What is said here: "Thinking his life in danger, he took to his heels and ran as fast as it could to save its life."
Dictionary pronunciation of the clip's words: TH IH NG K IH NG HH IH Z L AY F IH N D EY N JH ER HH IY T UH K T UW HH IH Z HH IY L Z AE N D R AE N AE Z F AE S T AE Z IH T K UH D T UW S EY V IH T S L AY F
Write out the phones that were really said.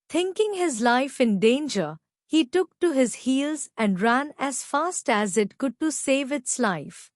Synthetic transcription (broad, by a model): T IH NG K IH NG HH IH Z L AY F IH N D EY N JH ER HH IY T UH K T UW HH IH Z HH IY L Z AE N D R AE N AE Z F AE S T AE Z IH T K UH D T UW S EY V IH T S L AY F